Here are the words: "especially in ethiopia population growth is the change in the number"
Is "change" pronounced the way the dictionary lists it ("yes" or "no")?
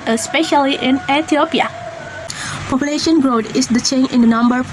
no